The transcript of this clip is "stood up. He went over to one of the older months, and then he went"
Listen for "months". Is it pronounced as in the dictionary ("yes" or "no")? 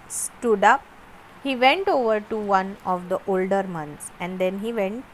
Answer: no